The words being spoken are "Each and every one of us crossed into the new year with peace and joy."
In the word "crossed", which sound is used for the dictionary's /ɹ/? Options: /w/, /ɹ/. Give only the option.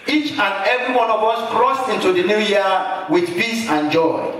/ɹ/